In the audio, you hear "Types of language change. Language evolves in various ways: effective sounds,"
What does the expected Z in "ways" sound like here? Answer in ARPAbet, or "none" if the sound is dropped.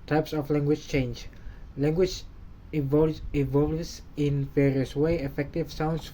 none